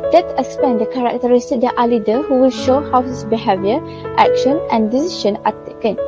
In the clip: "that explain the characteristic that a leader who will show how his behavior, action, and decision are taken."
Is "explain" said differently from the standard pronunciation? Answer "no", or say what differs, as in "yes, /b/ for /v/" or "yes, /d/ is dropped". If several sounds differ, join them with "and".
yes, /l/ is dropped